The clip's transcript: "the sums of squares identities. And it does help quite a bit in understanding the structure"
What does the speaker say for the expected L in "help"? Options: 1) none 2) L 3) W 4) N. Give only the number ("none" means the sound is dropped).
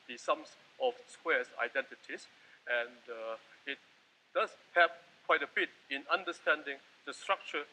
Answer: 1